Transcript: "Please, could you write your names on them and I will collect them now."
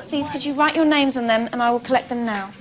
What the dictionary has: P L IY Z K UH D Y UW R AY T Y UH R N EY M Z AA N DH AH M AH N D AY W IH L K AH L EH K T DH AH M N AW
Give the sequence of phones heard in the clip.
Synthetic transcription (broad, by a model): P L IY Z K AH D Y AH R AY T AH N EY M Z N DH AH M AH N AY W IH L K AH L EH K DH AH M N AW